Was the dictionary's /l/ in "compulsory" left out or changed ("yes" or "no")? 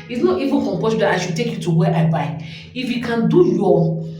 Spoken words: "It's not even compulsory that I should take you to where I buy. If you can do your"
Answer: yes